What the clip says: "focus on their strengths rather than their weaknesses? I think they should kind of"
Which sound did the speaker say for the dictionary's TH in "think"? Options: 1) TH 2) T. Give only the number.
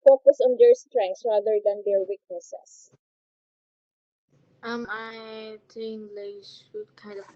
2